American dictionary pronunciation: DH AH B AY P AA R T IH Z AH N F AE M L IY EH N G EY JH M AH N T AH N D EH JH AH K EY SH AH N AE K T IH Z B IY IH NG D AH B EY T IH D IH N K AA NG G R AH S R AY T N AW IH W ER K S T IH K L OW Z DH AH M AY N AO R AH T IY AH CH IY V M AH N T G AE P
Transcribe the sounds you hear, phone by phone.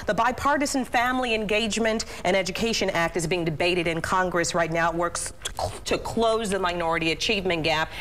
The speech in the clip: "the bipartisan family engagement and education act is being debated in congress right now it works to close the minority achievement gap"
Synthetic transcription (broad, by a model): DH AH B AY P AA R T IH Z N F AE M L IY EH N G EY JH M AH N T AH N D EH JH AH K EY SH AH N AE K T IH Z B IY IH NG D AH B EY T IH D IH N K AA NG G R AH S R AY T N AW IH W ER K S T IH K L OW Z DH AH M AY N AO R AH T IY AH CH IY V M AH N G AE P